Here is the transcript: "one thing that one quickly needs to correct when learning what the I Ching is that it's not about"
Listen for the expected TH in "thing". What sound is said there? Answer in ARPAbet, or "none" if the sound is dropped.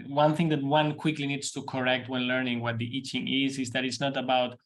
TH